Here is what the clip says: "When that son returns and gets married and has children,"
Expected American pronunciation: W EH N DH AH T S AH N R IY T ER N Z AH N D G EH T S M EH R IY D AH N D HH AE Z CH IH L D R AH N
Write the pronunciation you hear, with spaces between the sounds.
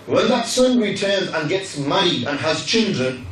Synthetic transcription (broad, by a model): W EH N DH AH T S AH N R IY T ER N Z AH N G EH T S M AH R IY AH N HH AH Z CH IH L D R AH N